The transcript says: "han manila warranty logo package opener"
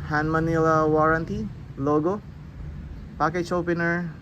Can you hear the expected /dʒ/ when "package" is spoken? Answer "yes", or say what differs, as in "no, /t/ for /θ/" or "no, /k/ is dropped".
no, /tʃ/ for /dʒ/